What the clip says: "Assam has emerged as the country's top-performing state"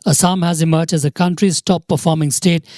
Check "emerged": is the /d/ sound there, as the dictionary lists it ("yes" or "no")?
no